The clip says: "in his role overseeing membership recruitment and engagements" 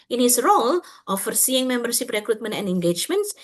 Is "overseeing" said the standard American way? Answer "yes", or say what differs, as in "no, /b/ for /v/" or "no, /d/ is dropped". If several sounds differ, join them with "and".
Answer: no, /f/ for /v/